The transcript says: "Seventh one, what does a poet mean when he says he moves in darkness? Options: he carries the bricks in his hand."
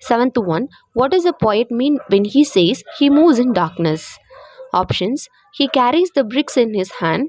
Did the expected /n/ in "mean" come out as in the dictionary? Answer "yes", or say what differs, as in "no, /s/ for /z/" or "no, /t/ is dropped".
yes